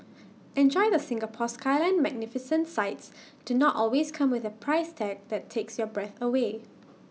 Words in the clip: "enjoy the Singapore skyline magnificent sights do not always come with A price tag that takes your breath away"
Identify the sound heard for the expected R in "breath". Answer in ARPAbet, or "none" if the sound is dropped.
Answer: R